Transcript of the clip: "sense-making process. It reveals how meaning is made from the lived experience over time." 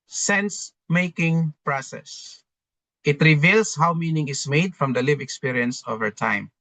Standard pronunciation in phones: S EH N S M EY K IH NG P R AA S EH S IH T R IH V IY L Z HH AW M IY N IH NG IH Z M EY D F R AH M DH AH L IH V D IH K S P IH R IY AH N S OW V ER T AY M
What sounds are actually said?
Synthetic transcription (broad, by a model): S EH N S M EY K IH NG P R AA S EH S IH T R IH V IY L S HH AW M IY N IH NG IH S M EY D F R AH M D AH L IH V IH K S P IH R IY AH N S OW V ER T AY M